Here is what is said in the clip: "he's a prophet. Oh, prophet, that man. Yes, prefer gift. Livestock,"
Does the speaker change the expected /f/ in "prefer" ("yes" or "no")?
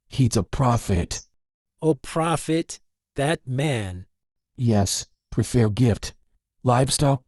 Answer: no